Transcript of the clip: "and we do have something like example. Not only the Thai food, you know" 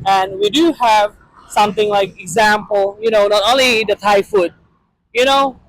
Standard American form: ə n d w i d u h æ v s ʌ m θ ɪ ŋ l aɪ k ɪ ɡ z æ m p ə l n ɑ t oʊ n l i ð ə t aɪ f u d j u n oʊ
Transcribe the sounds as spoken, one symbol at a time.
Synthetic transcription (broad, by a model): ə n w i d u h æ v s ʌ m θ ɪ ŋ l aɪ k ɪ ɡ z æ m p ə n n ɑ t oʊ n l i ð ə t aɪ f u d j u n oʊ